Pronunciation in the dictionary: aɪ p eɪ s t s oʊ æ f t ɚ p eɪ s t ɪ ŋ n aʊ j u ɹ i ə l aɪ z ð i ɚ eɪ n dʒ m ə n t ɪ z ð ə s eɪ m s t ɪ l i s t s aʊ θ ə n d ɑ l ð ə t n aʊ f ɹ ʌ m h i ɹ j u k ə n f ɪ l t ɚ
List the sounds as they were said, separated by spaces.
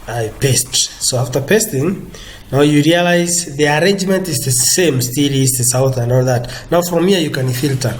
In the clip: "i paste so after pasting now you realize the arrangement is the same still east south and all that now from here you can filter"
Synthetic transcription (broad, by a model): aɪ p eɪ s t s oʊ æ f t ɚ p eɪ s t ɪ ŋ n aʊ j u ɹ i ə l aɪ z ð i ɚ eɪ n dʒ m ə n t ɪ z ð ə s eɪ m s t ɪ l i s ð s aʊ θ ə n d ɑ l ð ə t n aʊ f ɹ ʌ m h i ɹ j u k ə n f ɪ l t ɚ